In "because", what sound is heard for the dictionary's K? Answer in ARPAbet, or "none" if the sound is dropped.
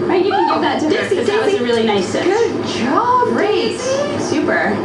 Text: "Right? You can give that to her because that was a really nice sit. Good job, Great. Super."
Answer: none